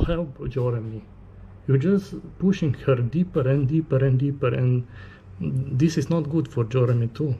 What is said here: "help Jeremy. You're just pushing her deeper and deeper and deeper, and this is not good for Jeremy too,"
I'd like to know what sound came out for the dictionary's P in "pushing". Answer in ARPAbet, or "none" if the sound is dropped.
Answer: P